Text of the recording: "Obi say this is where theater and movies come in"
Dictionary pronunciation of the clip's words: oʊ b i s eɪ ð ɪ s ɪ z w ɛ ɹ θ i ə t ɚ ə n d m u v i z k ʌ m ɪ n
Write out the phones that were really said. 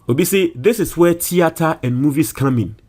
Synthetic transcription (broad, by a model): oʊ b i s eɪ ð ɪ s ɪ s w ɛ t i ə t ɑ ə n m u v i s k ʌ m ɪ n